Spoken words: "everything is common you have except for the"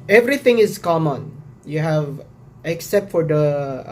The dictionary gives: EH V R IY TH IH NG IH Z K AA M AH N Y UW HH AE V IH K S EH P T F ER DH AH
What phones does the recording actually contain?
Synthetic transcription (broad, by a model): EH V R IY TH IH NG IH S K AA M AH N Y UW HH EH V IH K S EH P T F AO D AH